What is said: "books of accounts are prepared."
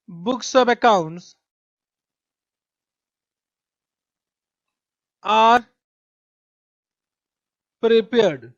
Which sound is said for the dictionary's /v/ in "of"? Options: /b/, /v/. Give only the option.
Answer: /b/